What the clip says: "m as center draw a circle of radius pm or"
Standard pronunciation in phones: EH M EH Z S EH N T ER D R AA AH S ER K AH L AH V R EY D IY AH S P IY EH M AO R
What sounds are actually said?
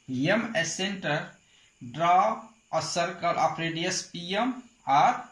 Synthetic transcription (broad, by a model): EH M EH S EH N T ER D R AA AH S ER K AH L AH P R EY D IY AH S P IY EH M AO R